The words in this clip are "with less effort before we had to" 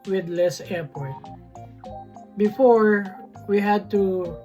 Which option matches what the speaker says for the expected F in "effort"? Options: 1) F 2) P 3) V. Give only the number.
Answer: 2